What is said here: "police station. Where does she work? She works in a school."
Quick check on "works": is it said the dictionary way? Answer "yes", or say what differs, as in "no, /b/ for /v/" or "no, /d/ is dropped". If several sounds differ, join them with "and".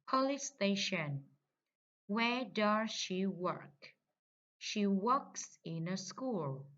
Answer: yes